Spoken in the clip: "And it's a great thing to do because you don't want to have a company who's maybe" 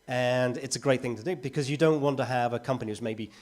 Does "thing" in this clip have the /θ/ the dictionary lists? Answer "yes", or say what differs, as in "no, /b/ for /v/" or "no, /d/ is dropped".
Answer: yes